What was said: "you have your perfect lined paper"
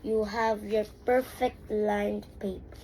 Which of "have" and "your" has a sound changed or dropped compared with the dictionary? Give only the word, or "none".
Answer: none